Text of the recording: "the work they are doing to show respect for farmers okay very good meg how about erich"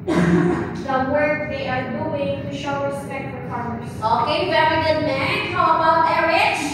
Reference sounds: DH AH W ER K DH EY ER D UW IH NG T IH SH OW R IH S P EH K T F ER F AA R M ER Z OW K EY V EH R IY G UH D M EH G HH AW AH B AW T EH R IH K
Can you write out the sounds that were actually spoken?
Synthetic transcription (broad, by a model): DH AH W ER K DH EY ER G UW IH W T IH SH OW R IH S P EH K T F ER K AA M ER S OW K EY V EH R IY G UH D M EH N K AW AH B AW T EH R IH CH